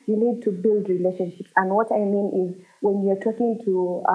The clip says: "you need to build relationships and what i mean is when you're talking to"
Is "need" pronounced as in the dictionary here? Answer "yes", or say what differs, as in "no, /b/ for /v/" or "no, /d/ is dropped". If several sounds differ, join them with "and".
no, /l/ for /n/